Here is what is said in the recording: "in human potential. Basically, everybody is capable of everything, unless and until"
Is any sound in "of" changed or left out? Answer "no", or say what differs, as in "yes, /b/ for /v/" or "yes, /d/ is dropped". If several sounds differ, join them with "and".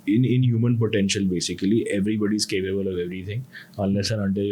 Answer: no